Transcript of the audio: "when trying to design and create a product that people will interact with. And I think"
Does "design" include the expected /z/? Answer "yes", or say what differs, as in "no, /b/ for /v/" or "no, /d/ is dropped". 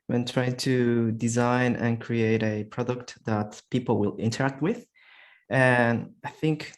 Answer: yes